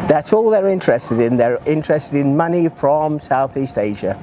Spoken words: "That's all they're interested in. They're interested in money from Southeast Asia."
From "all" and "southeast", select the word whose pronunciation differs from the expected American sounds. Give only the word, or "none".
none